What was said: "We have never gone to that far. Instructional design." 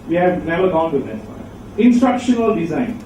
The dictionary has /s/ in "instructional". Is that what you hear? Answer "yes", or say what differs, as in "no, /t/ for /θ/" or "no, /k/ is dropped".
yes